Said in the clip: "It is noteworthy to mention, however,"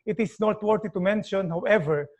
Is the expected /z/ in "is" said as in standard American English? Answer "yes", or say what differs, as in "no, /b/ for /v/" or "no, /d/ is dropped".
no, /s/ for /z/